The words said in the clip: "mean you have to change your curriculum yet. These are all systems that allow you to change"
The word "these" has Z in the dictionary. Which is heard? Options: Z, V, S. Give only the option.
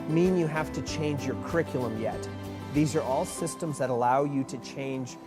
Z